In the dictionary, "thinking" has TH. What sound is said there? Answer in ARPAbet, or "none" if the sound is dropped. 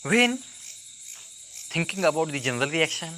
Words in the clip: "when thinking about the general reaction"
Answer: T